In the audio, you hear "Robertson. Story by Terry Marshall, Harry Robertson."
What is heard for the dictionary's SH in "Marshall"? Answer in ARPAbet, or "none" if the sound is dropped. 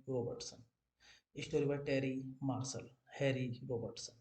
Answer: S